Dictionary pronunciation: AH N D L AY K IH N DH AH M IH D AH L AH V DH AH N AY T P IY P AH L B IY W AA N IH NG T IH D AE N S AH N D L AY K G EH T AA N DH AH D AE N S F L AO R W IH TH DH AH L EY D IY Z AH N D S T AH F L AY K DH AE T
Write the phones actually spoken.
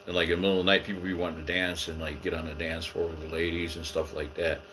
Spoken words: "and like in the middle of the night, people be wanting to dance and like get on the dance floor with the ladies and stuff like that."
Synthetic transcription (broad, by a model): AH N L AY K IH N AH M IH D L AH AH N AY T P IY P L B IY W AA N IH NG T IH D AE N S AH N L AY K G EH T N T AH D AE N S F AO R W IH DH AH L EY D IY Z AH N S T AH F L AY K DH AE T